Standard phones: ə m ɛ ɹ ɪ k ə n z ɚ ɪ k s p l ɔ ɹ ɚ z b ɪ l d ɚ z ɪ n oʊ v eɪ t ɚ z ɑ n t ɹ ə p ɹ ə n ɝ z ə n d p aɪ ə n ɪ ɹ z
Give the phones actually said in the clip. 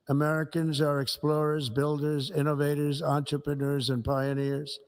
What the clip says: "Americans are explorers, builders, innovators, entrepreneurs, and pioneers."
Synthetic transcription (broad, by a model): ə m ɛ ɹ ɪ k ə n z ɚ ɪ k s p l ɔ ɹ ɚ z b ɪ l d ɚ z ɪ n oʊ v eɪ t ɚ z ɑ n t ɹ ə p ɹ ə n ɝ z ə n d p aɪ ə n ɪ ɹ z